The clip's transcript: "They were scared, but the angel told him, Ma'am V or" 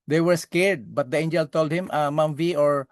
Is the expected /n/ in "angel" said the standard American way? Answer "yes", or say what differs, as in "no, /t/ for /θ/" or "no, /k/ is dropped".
yes